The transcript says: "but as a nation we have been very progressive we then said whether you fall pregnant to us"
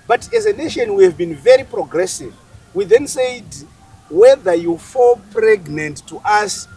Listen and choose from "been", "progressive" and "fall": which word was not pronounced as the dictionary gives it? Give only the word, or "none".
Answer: none